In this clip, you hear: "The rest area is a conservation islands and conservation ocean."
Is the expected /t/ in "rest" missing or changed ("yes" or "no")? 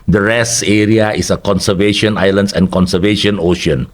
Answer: yes